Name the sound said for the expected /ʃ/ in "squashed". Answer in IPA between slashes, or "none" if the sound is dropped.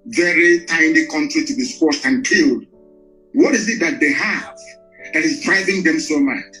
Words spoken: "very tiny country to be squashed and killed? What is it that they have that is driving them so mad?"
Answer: /s/